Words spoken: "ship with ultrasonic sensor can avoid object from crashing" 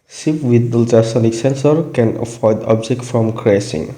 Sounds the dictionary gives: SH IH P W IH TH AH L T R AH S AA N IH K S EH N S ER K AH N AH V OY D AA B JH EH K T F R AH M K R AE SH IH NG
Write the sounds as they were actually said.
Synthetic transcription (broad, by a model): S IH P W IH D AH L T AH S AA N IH K S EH N S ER K AH N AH F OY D AA B JH EH K T F R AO M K R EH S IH NG